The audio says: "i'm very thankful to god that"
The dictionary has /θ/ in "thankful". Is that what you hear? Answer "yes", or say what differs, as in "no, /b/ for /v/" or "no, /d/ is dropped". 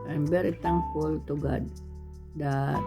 no, /t/ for /θ/